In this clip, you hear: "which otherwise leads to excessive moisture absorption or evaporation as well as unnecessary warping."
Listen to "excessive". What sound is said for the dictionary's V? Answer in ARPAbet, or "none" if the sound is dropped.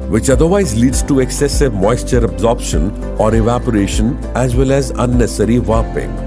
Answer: V